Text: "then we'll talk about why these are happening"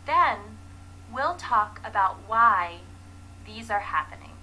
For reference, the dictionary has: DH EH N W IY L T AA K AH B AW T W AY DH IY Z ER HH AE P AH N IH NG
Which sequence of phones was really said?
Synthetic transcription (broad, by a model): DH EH N W IY L T AA K AH B AW T W AY DH IY Z ER HH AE P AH N IH NG